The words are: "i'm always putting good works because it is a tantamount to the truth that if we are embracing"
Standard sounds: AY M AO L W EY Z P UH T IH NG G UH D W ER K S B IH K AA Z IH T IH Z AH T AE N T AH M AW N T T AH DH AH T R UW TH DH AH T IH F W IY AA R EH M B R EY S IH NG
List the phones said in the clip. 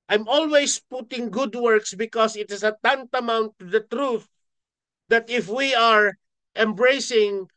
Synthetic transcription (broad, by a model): AY M AO L W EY S P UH T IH NG G UH D W ER K S B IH K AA S IH T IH S AH T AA N T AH M AW N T T AH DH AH T R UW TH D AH T IH F W IY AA R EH M B R EY S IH NG